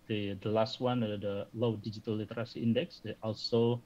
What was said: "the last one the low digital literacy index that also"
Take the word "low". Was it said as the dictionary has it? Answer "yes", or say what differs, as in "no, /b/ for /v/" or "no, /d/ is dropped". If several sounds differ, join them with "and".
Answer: yes